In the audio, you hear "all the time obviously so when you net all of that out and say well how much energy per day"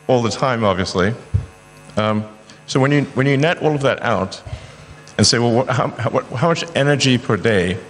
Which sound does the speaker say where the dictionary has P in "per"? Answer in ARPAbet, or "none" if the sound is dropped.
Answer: P